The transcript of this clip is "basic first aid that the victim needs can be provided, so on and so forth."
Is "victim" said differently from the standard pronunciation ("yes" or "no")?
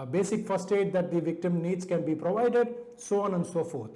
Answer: no